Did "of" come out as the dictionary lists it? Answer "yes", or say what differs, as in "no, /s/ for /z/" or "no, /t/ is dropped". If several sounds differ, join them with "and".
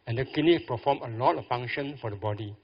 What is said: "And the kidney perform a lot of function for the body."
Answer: no, /f/ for /v/